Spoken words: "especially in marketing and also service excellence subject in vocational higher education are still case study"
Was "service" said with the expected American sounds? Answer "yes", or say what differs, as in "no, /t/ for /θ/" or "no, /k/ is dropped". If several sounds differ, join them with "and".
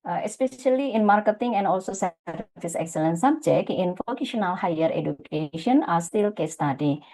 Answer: no, /f/ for /v/